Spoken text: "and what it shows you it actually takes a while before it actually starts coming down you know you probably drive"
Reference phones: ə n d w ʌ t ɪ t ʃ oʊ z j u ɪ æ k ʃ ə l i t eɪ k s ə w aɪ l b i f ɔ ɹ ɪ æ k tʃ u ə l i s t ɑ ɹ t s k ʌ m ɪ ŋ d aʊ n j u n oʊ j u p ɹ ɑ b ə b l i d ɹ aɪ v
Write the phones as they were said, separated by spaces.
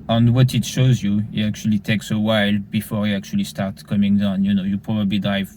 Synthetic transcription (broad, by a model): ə n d w ʌ t ɪ t ʃ oʊ z j u ɪ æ k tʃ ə l i t eɪ k s ə w aɪ l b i f ɔ ɹ ɪ æ k tʃ u ə l i s t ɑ ɹ t k ʌ m ɪ ŋ d aʊ n j u n oʊ j u p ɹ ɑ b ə b l i d ɹ aɪ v